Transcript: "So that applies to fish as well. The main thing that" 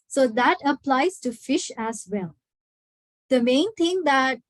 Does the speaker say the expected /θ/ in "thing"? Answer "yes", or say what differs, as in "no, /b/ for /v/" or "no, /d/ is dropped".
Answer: no, /t/ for /θ/